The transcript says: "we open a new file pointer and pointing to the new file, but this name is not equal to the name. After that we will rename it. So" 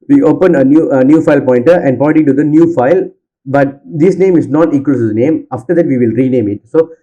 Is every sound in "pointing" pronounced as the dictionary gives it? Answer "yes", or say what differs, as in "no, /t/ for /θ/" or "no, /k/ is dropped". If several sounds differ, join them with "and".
no, /n/ is dropped